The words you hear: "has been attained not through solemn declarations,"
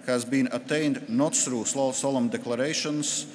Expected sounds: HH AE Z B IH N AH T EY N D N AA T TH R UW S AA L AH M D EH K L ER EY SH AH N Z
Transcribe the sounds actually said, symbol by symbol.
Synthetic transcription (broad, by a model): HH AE Z B IH N AH T EY N D N AA T S R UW S AA L AH M D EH K L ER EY SH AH N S